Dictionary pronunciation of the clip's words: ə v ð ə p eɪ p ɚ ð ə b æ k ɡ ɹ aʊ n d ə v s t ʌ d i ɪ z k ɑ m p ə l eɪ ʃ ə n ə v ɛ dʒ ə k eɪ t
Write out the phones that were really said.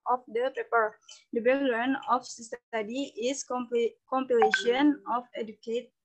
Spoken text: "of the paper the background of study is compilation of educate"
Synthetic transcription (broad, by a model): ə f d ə p eɪ p ɚ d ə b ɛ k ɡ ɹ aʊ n ə f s s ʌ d i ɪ s k ɑ m p ə l eɪ ʃ ə n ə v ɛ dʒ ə k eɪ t